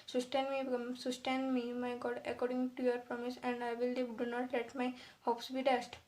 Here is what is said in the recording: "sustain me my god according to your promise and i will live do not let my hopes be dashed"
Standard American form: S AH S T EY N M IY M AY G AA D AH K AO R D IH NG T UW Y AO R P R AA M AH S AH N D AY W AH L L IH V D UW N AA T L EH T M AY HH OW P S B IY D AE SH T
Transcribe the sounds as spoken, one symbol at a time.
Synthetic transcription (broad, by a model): S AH S T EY N M IY M AY G AA D AH K AO R D IH NG T UW Y AO R P R AA M AH S AH N D AY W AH L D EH D UW N AA T L EH T M AY HH OW P S B IY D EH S T